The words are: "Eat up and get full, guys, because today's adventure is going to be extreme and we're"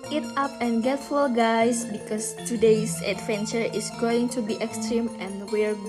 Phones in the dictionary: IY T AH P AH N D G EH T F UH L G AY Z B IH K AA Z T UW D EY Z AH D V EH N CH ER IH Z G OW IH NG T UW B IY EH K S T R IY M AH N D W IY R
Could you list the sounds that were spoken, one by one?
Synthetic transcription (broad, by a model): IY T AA P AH N G EH T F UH L G AY S B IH K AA S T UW D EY S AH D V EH N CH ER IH S G OW IH NG T UW B IY EH K S T R IY M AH N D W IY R